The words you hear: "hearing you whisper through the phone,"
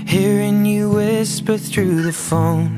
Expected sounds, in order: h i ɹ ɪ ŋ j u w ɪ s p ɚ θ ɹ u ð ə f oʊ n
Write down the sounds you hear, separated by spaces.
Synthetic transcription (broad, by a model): h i ɹ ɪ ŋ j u w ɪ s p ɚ θ ɹ u ð ə f oʊ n